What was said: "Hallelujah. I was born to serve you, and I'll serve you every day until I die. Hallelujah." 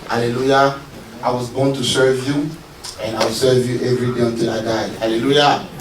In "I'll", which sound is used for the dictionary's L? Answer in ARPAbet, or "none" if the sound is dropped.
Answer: W